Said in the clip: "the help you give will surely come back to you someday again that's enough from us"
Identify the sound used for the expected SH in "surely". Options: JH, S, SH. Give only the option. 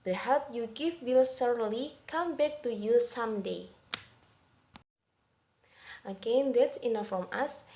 S